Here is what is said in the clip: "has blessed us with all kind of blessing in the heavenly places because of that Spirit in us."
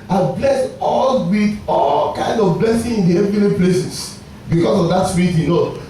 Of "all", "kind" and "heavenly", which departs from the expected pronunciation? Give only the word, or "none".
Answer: heavenly